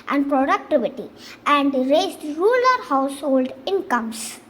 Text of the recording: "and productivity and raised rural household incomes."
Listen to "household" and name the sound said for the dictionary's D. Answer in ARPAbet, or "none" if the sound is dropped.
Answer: D